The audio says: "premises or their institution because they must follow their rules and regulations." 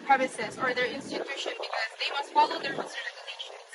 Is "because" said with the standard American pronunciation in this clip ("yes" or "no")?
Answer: yes